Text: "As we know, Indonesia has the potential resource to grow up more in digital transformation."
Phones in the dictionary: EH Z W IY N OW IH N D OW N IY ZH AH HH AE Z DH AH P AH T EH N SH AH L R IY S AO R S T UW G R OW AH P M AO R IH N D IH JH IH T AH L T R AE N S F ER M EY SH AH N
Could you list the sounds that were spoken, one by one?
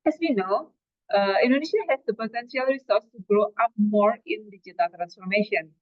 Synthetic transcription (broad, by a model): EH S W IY N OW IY N D OW N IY SH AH HH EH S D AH P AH T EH N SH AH L R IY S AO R S T UW G R OW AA P M AO R IH N D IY JH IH T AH L T R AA N S F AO M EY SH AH N